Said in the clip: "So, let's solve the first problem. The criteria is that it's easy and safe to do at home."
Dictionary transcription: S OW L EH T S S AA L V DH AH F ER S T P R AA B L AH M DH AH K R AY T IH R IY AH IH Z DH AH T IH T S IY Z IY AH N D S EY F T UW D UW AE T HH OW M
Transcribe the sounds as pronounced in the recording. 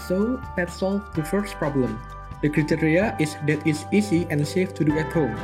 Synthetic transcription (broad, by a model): S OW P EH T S S AA L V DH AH F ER S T P R AA B L AH M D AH K R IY T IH R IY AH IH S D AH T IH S IY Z IY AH N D S EY F T UW D UW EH T HH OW M